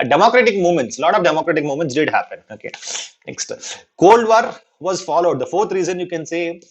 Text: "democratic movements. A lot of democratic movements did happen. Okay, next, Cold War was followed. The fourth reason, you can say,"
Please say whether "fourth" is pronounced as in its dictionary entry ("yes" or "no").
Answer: no